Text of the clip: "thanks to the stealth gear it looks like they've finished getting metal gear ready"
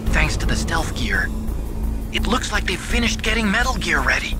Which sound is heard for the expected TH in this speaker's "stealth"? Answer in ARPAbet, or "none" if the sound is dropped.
F